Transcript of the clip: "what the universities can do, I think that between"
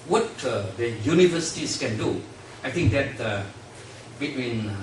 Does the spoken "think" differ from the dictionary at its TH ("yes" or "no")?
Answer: yes